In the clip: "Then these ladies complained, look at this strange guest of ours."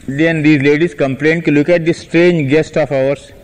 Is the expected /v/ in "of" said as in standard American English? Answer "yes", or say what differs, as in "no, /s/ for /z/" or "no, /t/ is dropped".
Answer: no, /f/ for /v/